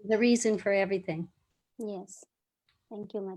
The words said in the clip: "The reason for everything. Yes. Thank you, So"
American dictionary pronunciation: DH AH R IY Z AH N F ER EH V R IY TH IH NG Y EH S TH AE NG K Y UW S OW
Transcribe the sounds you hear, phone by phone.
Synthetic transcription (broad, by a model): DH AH R IY Z AH N F ER EH V R IY TH IH NG Y EH S TH AE NG K Y UW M